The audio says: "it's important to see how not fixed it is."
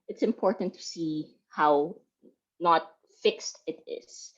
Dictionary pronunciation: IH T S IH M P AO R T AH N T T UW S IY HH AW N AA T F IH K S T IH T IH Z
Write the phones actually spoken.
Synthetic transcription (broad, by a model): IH T S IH M P AO R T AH N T T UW S IY HH AW N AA T F IH K S T IH T IH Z